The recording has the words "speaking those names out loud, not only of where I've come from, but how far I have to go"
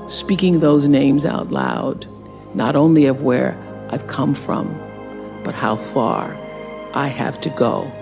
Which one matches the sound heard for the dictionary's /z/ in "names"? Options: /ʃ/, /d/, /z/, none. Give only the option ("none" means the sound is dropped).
/z/